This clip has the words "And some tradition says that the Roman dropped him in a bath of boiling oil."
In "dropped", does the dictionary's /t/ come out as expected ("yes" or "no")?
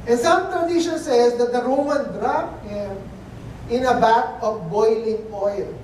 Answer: no